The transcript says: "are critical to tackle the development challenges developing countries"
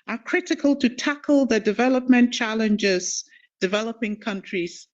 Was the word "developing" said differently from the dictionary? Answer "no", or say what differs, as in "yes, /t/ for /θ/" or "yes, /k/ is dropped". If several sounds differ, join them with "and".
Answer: no